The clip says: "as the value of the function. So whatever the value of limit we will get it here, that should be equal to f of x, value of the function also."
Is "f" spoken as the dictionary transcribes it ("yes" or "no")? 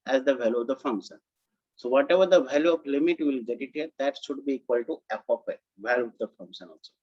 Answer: no